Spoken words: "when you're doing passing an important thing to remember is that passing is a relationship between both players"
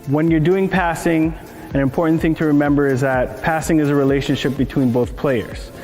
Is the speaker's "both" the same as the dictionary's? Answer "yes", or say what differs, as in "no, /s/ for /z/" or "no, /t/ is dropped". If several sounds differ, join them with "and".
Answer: yes